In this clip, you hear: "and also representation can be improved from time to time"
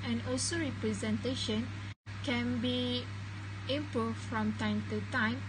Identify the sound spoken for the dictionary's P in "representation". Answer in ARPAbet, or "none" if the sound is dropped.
P